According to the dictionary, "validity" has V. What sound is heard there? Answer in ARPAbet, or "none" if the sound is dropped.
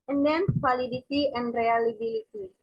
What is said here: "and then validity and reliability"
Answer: W